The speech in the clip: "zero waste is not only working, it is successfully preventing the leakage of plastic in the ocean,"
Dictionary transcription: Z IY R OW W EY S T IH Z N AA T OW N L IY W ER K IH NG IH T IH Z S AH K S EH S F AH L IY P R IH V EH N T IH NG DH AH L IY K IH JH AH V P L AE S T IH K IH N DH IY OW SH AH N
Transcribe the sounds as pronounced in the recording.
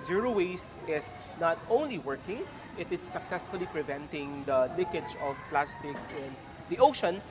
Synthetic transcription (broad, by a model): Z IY R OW W EY S T IH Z N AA T OW N L IY W ER K IH NG IH T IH S AH K S EH S F AH L IY P R IH V EH N T IH NG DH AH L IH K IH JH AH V P L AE S T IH K IH N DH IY OW SH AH N